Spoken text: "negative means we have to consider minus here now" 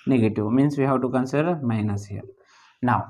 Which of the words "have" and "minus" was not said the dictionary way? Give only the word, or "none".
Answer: have